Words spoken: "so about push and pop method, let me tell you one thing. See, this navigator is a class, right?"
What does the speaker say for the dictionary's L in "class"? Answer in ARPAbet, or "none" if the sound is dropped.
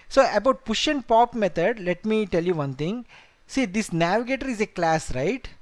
L